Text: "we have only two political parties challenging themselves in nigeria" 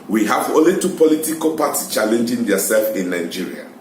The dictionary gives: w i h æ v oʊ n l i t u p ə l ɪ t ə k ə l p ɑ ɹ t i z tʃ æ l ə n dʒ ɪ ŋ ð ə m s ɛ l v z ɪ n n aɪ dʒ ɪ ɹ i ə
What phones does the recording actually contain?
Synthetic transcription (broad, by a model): w i h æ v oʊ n l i t u p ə l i t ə k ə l p ɑ t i s tʃ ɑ l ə n dʒ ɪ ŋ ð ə s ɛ l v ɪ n n aɪ dʒ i ɹ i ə